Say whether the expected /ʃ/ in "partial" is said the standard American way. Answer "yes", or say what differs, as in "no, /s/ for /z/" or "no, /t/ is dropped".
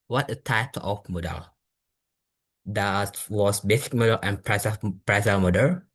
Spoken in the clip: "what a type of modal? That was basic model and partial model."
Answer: no, /s/ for /ʃ/